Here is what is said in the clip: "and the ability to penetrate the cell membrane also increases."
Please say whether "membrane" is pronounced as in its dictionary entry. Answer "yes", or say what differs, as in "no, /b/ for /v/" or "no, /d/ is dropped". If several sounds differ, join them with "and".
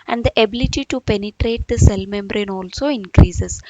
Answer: yes